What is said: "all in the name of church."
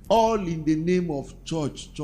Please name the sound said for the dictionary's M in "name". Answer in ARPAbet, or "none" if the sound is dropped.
M